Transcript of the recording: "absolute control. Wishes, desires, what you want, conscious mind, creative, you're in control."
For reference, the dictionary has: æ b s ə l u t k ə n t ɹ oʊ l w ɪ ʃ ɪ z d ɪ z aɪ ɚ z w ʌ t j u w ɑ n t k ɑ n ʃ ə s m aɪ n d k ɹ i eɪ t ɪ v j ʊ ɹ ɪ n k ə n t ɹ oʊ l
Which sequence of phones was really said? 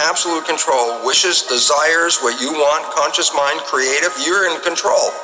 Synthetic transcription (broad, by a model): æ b s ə l u t k ə n t ɹ oʊ l w ɪ ʃ ɪ z d ɪ z aɪ ɚ z w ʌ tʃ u w ɑ n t k ɑ n ʃ ə s m aɪ n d k ɹ i eɪ t ɪ v j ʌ ɹ ɪ n k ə n t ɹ oʊ l